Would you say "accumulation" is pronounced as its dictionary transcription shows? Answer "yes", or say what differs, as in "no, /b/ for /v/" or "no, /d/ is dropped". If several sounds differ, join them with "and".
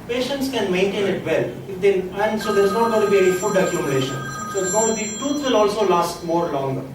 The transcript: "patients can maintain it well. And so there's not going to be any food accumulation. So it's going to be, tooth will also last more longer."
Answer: no, /n/ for /l/